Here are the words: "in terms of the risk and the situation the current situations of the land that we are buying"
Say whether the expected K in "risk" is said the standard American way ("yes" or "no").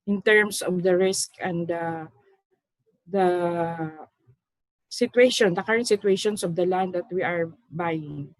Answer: yes